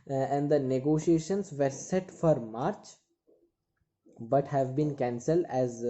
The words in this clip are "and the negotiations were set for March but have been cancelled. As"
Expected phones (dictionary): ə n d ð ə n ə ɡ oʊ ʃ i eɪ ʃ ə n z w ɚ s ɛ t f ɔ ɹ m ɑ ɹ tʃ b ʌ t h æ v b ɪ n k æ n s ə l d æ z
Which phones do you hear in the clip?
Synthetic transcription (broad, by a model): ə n d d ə n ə ɡ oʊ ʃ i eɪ ʃ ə n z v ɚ s ɛ t f ɔ ɹ m ɑ ɹ tʃ b ʌ t h æ v b ɪ n k æ n s ə l d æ z